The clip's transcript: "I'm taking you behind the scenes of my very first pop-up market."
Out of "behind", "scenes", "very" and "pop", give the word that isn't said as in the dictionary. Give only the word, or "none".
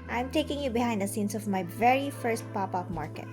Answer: scenes